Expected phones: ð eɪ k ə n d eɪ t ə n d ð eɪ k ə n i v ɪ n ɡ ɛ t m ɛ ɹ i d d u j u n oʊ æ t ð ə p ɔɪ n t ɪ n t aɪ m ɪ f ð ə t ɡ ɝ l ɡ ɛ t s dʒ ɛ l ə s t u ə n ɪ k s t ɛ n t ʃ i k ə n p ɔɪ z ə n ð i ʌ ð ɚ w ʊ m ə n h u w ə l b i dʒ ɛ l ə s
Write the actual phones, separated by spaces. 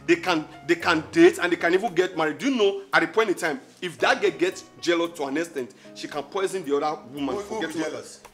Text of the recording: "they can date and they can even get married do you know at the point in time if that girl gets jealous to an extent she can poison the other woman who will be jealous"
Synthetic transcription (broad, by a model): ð eɪ k ə n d eɪ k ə n d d eɪ k ə n i v ɪ n ɡ ɛ t m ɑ ɹ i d d u j u n oʊ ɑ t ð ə p ɔɪ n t ɪ n t aɪ m ɪ f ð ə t ɡ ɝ ɡ ɛ t s dʒ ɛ l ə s t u ə n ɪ s t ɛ n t ʃ i k ə n p ɔɪ z ə n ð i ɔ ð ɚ w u m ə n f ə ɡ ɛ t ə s